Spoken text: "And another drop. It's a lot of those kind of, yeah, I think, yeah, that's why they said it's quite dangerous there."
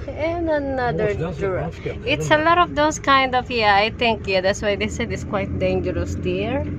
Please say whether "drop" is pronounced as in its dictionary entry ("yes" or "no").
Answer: no